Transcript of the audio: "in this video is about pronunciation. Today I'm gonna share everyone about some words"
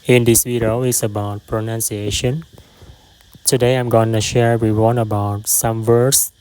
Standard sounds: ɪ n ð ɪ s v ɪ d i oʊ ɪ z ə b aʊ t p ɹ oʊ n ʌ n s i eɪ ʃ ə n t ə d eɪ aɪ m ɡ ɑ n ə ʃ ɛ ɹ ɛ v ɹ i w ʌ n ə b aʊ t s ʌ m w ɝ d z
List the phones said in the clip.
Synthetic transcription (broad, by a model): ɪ n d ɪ s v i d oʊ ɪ s ə b aʊ t p ɹ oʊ n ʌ n s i eɪ ʃ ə n t ə d eɪ aɪ m ɡ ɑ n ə ʃ ɛ ɹ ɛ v ɹ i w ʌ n ə b aʊ t s ʌ m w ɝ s